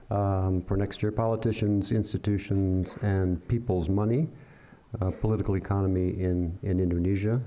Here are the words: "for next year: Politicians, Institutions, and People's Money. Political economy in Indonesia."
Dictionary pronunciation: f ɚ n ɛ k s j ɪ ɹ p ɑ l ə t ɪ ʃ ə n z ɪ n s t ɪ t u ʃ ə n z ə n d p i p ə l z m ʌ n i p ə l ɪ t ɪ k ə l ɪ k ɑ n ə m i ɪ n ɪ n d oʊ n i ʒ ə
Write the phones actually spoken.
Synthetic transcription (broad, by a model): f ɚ n ɛ k s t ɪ ɹ p ɑ l ə t ɪ ʃ ə n z ɪ n s t ɪ t u ʃ ə n z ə n p i p l z m ʌ n i p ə l ɪ t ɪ k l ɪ k ɑ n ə m i ɪ n ɪ n d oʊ n i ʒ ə